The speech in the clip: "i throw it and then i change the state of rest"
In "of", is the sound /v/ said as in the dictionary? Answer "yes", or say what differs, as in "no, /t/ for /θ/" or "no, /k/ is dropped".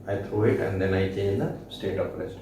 no, /p/ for /v/